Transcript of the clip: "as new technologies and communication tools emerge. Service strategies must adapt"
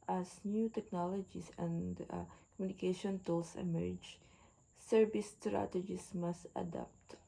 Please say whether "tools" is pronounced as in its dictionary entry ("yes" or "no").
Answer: no